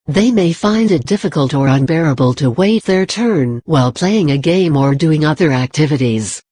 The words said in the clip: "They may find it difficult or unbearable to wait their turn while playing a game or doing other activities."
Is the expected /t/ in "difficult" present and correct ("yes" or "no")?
yes